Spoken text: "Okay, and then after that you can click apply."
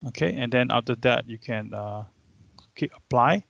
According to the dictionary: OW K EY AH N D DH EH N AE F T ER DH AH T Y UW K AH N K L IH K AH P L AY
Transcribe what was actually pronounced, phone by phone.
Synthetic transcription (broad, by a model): OW K EY AH N D EH N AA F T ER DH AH T Y UW K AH N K IY AH P L AY